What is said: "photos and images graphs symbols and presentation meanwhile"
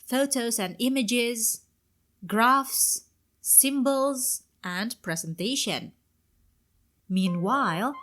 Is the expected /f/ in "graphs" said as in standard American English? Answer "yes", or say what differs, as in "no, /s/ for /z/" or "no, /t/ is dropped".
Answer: yes